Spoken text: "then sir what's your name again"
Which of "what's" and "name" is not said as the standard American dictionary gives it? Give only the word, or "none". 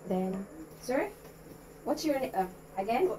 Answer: name